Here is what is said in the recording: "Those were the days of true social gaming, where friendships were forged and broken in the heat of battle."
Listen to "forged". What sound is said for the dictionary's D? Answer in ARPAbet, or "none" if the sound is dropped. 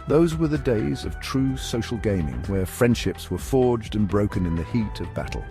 D